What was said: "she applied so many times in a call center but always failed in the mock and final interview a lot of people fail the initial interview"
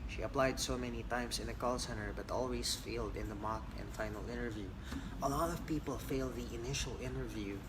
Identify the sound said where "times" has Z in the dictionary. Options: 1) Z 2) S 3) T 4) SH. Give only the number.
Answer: 2